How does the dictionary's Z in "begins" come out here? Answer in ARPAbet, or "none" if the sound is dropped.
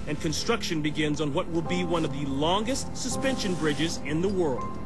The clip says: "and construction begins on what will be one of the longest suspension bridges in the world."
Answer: Z